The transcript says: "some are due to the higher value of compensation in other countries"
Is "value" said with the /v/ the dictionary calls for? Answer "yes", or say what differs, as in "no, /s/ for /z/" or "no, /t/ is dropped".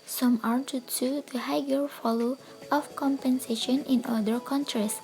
no, /f/ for /v/